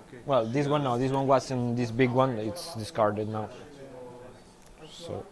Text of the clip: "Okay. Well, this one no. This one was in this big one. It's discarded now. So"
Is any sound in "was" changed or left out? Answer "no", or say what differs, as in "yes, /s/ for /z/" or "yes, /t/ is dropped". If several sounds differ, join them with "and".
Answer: yes, /s/ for /z/